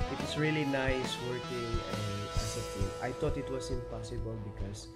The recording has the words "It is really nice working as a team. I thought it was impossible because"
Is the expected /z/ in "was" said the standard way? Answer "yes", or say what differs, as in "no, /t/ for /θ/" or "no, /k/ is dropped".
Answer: no, /s/ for /z/